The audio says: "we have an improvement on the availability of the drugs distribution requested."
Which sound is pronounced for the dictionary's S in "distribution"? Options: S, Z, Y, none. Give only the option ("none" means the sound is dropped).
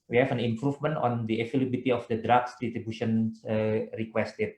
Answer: none